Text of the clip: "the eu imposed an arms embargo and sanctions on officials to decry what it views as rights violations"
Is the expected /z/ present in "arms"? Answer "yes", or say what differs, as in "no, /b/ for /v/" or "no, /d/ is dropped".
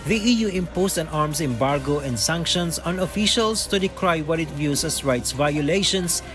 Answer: no, /s/ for /z/